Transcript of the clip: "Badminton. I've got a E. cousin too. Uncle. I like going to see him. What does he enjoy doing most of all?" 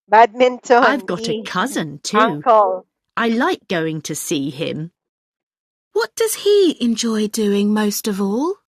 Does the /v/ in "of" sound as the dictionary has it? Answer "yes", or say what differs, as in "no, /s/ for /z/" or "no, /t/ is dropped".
yes